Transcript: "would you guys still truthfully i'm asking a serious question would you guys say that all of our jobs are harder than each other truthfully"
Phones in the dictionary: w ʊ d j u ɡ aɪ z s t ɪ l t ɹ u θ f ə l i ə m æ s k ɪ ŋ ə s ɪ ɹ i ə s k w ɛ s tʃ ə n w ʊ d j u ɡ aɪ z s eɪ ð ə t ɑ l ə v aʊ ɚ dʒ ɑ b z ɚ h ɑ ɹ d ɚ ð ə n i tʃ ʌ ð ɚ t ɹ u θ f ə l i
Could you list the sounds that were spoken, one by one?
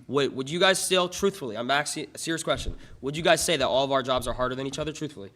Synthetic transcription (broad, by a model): w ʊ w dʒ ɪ ɡ aɪ z s t ɪ l t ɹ u θ f l i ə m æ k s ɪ ə s ɪ ɹ i ə s k w ɛ s tʃ ə n w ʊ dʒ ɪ ɡ aɪ z s eɪ ð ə t ɑ l ə v aʊ ɚ dʒ ɑ b z ɚ h ɑ ɹ d ɚ ð ə n i tʃ ʌ ð ɚ t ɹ u θ f l i